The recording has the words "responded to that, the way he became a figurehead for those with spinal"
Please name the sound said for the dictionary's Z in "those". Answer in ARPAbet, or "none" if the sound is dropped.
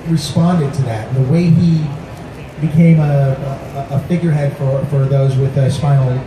Z